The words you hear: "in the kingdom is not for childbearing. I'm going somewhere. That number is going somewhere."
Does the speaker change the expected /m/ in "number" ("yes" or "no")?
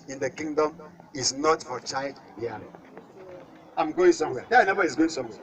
yes